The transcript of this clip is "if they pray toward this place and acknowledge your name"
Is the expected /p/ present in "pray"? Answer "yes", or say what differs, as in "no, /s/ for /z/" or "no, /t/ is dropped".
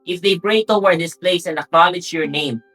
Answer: no, /b/ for /p/